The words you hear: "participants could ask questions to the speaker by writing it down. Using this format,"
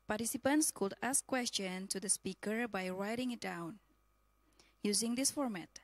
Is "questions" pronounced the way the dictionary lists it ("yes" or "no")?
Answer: no